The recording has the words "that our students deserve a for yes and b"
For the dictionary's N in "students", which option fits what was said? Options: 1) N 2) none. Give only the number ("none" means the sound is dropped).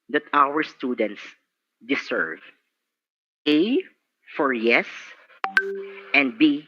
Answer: 1